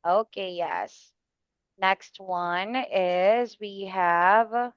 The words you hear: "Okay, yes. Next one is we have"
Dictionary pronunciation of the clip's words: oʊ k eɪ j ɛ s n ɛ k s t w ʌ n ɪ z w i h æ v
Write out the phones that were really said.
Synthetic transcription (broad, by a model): oʊ k eɪ j ɛ s n ɛ k s t w ʌ n ɪ z w i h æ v